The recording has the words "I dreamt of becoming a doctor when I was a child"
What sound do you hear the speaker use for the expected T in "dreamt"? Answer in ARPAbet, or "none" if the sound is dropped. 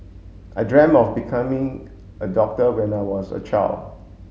none